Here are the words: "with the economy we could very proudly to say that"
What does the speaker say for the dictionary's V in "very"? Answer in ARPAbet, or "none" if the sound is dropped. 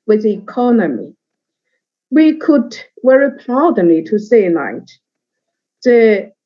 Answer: W